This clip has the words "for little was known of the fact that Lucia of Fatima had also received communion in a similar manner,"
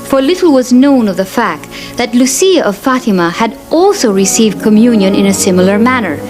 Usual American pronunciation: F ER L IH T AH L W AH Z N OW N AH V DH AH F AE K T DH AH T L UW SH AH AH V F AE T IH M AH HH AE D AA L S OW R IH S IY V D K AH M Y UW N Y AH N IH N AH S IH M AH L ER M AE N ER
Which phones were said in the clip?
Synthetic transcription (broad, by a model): F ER L IH T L W AH Z N OW N AH V DH AH F AE K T DH AH T L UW S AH AH V F AE T IH M AH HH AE D AA L S OW R IH S IY V D K AH M Y UW N Y AH N IH N AH S IH M L ER M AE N ER